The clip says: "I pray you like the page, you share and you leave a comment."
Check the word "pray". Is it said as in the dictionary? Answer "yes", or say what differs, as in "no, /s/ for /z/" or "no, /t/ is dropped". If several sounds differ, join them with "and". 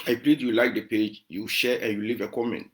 no, /l/ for /ɹ/